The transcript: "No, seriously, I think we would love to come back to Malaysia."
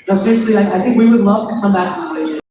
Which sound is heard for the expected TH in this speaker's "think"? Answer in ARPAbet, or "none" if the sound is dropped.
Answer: TH